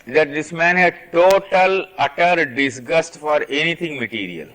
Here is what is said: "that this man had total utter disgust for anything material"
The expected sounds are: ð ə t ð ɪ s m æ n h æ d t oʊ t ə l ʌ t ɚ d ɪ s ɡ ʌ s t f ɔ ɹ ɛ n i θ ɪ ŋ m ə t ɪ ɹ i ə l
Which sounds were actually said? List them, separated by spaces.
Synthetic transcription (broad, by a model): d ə t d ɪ s m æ n h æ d t oʊ t ə l ʌ t ɚ d ɪ s ɡ ʌ s t f ɔ ɹ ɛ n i t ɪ ŋ m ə t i ɹ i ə l